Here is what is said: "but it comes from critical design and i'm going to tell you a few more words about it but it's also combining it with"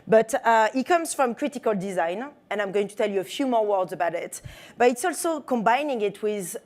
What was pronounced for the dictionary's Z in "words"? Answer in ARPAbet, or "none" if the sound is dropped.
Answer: Z